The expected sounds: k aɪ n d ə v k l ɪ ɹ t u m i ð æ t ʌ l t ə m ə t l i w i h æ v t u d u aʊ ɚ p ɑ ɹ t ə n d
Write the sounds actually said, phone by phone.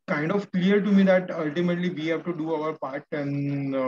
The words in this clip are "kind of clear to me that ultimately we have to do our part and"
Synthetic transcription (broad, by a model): k aɪ n d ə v k l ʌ ɹ t u m i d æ t ʌ l t ə m ə t l i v i h æ v t u d u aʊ ɚ p ɑ ɹ t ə n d